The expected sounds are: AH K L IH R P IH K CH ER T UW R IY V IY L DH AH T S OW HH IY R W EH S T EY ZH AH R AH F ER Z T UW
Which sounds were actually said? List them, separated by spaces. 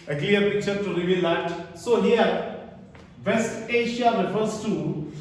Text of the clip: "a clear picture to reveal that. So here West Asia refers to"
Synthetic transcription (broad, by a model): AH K L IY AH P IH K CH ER T UW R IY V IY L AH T S OW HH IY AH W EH S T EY SH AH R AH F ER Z T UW